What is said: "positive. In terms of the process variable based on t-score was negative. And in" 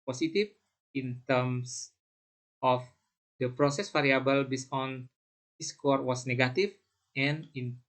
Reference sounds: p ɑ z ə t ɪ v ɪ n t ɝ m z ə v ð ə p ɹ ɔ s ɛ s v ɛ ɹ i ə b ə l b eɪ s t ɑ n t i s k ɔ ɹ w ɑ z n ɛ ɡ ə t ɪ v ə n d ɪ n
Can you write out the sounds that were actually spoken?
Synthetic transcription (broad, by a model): p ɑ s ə t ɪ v ɪ n t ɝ m s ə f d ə p ɹ ɔ s ɛ s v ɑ ɹ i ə b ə l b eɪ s ɑ n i s k ɔ ɹ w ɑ s n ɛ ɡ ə t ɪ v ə n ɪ n